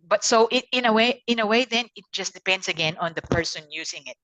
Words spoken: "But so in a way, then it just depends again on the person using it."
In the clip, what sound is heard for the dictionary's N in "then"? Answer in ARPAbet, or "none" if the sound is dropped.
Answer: N